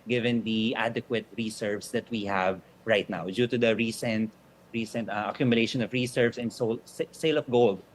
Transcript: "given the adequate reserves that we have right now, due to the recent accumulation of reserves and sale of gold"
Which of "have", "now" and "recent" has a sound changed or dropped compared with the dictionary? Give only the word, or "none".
none